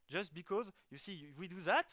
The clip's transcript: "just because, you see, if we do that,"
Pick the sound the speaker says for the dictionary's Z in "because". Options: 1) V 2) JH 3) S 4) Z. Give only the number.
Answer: 4